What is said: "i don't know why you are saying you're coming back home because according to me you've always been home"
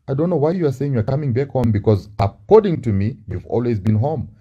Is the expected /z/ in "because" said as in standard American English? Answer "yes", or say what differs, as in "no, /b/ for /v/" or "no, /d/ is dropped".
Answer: yes